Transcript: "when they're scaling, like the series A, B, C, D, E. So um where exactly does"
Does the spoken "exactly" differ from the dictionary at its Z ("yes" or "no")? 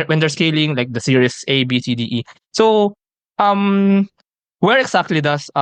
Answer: yes